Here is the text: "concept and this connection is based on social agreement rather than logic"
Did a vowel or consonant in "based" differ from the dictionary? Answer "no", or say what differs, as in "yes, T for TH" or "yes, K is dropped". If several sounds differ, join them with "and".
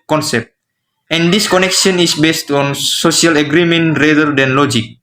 no